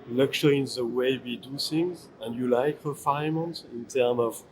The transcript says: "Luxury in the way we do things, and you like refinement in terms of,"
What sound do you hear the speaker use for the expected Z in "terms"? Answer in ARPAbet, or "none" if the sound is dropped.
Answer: none